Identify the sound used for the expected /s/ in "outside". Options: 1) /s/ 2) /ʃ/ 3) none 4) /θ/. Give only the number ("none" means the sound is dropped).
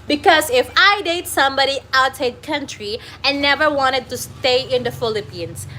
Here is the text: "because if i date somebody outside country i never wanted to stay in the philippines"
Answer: 3